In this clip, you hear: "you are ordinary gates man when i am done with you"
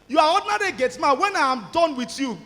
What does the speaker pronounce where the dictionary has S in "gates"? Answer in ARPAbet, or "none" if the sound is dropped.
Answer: none